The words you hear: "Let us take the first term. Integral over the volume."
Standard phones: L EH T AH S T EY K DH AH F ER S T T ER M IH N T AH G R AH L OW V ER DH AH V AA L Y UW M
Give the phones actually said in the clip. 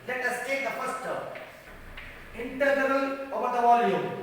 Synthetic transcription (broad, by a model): L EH T AH S T EY K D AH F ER S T T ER IH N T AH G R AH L OW V ER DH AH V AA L Y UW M